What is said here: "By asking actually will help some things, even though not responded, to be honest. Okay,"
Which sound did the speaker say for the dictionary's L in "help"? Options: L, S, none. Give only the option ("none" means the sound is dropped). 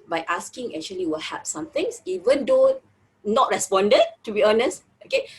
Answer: none